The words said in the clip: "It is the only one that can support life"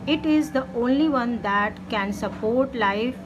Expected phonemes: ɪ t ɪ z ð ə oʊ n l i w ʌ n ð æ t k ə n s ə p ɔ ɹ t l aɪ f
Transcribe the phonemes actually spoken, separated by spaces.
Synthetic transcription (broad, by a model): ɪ t ɪ z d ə oʊ n l i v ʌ n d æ t k ə n s ə p ɔ ɹ t l aɪ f